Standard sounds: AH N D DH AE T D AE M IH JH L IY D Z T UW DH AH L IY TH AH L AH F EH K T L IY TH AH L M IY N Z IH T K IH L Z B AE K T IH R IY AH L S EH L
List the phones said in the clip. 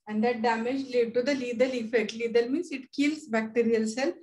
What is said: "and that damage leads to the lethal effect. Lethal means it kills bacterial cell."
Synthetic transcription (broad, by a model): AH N D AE T D AE M IH JH L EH D T UW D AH L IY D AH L AH F EH K T L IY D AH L M IY N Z IH T K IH L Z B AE K T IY R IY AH L S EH L